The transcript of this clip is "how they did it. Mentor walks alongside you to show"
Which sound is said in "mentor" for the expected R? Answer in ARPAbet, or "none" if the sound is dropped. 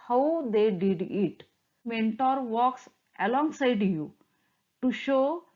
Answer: R